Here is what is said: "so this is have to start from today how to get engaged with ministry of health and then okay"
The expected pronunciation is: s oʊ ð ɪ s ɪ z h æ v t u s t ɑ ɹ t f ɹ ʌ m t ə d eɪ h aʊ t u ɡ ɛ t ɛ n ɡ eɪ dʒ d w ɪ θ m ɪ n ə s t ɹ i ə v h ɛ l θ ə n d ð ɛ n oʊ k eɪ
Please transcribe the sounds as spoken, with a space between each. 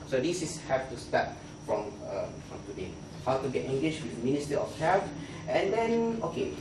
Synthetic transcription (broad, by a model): s oʊ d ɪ s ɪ s h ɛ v t u s t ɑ ɹ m f ɹ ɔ m t ə d eɪ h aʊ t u ɡ ɛ t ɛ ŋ ɡ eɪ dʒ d w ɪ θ m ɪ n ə s t i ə f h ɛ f ə n d ɛ n oʊ k eɪ